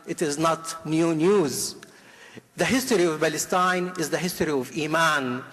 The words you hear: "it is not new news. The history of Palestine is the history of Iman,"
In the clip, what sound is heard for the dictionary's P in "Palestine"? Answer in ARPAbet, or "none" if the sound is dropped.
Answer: B